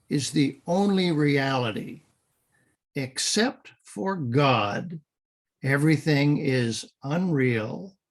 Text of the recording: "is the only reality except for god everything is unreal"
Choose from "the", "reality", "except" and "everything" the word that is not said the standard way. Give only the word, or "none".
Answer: none